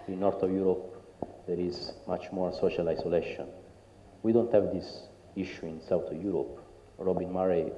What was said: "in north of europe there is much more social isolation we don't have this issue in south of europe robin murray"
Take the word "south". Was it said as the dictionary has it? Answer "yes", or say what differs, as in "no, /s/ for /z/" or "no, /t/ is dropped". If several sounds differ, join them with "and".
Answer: no, /t/ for /θ/